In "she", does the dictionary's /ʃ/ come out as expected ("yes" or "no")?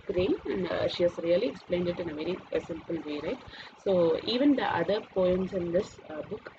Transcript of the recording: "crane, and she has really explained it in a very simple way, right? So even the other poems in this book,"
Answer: yes